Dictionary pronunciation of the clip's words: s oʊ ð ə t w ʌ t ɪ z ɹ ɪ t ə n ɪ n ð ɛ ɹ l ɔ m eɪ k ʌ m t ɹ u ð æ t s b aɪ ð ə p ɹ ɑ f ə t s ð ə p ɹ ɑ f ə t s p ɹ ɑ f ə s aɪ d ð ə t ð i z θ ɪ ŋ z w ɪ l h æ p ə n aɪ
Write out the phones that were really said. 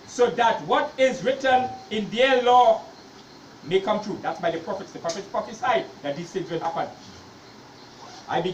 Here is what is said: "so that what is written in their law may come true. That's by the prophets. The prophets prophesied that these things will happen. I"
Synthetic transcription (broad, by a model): s oʊ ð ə t w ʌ t ɪ z ɹ ɪ t ə n ɪ n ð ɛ l ɔ m eɪ k ʌ m t ɹ u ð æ t s b aɪ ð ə p ɹ ɑ f ə t s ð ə p ɹ ɑ f ə t s p ɹ ɑ f ə s aɪ d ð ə t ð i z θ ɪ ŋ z w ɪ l h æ p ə n aɪ